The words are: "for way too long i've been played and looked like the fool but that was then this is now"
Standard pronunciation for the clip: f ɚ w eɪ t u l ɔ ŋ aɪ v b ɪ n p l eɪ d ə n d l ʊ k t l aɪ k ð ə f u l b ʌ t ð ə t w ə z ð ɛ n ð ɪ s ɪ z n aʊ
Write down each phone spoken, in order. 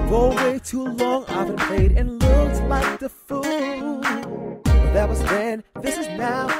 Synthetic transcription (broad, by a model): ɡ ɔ w eɪ t u l ɔ ŋ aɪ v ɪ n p eɪ d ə n l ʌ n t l aɪ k ð ə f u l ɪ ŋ ð ə t w ə z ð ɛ n ð ɪ s ɪ z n aʊ